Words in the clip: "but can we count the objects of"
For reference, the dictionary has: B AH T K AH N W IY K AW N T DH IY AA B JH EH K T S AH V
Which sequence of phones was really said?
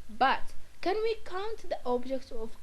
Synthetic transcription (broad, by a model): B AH T K AH N W IY K AW N T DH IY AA B JH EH K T AH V